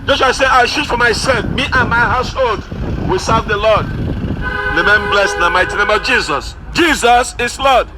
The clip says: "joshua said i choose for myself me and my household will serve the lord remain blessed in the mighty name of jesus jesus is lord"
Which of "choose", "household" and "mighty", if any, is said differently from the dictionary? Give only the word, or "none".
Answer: choose